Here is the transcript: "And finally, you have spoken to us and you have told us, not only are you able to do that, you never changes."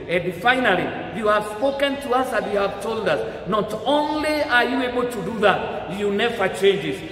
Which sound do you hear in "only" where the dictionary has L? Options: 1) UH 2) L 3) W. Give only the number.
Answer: 2